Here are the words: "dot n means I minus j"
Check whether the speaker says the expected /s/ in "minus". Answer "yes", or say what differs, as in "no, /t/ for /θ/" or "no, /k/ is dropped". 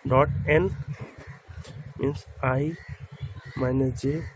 no, /s/ is dropped